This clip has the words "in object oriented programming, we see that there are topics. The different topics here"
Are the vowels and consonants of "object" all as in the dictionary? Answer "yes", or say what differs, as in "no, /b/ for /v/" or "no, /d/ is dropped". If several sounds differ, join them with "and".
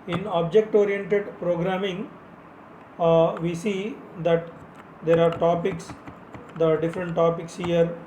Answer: yes